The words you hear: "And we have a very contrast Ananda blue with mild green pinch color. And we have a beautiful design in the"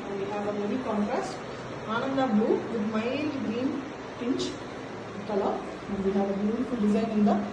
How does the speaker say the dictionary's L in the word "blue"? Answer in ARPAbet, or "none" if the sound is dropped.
none